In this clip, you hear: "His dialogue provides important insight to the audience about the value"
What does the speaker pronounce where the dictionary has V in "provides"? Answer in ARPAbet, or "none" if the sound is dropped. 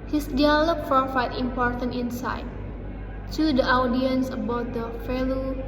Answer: F